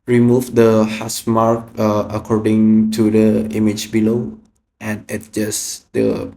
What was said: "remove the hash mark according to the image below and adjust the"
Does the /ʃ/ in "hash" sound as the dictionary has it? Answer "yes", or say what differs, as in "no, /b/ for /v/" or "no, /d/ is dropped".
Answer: no, /s/ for /ʃ/